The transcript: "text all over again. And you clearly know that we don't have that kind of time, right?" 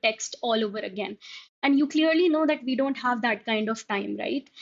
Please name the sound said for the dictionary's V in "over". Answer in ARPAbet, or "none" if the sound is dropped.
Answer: V